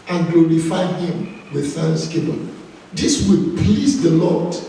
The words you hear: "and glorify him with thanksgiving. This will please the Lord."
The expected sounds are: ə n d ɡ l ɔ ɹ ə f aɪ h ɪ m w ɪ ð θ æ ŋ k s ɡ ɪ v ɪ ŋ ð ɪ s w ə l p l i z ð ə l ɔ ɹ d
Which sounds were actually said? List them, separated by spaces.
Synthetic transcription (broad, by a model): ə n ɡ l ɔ ɹ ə f aɪ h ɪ m w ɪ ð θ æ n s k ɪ p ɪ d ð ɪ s w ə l p l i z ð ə l ɔ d